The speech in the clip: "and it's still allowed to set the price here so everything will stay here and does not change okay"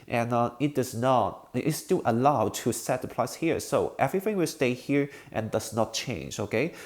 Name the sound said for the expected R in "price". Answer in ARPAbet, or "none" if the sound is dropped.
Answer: L